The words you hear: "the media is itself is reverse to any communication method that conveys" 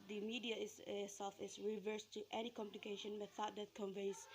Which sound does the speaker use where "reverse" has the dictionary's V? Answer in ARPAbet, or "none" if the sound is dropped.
V